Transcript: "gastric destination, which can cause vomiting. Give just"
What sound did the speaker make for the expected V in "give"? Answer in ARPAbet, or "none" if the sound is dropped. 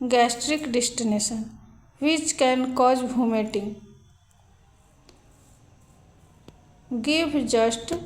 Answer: B